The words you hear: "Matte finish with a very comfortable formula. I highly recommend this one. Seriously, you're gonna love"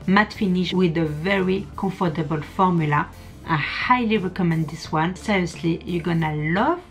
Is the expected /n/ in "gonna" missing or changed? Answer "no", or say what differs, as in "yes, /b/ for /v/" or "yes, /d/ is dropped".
no